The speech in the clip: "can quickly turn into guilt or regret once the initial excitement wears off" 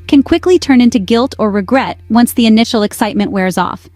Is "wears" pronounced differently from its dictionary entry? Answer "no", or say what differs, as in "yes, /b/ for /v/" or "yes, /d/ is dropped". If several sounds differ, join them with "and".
no